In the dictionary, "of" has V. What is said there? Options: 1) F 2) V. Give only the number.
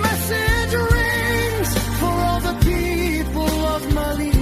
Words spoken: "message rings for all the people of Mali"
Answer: 2